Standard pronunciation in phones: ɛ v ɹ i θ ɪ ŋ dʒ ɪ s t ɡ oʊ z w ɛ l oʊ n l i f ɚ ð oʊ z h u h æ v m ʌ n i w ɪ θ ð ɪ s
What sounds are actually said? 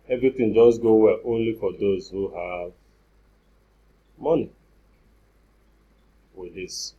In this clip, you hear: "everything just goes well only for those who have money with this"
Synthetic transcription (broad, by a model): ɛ v ɹ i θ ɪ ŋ dʒ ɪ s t ɡ oʊ w ɛ l oʊ n l i f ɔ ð oʊ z h u h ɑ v m ʌ n i w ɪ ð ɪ s